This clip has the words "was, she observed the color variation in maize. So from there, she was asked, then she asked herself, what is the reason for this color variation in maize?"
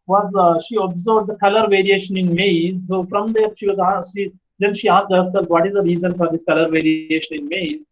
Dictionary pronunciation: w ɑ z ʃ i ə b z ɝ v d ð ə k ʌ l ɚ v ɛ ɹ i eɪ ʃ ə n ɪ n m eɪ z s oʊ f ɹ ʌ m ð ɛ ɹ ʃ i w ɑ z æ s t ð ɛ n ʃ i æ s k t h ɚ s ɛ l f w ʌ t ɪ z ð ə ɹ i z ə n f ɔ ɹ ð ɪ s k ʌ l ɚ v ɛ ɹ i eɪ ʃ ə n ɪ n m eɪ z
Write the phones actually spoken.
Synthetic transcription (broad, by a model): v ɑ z ʃ i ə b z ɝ b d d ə k ʌ l ɚ v ɛ ɹ i eɪ ʃ ə n ɪ n m eɪ z s oʊ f ɹ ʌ m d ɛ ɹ ʃ i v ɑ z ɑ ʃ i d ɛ n ʃ i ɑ s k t h ɚ s ɛ l f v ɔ t ɪ z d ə ɹ i z ə n f ɔ ɹ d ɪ s k ʌ l ɚ v ɛ ɹ i eɪ ʃ ə n ɪ n m eɪ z